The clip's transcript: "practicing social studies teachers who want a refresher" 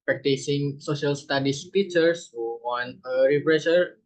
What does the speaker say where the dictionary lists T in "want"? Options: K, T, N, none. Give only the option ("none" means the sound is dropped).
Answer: none